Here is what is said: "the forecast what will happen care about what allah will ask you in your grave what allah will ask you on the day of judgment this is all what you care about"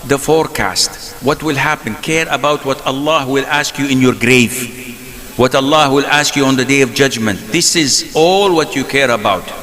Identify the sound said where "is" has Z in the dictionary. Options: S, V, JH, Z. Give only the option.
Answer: Z